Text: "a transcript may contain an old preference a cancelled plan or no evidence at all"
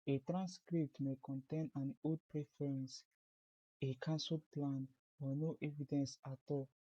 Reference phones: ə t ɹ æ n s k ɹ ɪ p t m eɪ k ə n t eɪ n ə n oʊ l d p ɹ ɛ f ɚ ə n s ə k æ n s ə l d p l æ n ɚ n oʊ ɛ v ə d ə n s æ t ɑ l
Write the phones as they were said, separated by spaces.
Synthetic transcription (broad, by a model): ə t ɹ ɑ n s k ɹ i p t m eɪ k ə n t eɪ n ə n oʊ d p ɹ ɛ f ɚ ə n s ə k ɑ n s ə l p l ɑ n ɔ n oʊ ɛ v ə d ə n s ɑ t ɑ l